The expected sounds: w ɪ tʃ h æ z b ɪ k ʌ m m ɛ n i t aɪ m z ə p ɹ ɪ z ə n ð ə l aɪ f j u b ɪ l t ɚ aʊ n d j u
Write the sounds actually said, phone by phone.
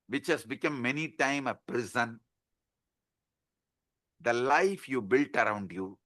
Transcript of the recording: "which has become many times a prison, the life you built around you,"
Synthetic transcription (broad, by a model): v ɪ tʃ h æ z b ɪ k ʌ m m ɛ n i t aɪ m ə p ɹ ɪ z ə n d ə l aɪ f j u b ɪ l t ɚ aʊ n d j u